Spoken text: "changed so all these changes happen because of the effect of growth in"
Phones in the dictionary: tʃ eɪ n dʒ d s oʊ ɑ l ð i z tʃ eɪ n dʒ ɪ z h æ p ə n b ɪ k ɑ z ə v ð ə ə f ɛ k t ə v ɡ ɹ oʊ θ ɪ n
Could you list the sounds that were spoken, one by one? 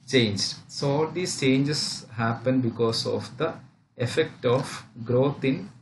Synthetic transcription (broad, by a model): tʃ eɪ n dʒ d s oʊ ɑ l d i s tʃ eɪ n dʒ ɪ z h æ p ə n b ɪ k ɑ s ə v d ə ə f ɛ k t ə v ɡ ɹ oʊ t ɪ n